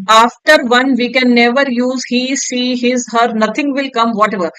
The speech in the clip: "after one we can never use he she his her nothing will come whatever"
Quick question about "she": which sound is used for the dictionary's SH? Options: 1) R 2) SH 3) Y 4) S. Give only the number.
4